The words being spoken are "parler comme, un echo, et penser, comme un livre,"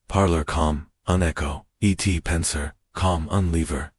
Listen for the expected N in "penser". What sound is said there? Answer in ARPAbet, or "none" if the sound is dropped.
N